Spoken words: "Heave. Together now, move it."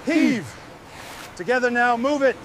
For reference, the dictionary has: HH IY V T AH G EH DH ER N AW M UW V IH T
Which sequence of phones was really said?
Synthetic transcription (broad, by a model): HH IY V T AH G EH DH ER N AW M UW V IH T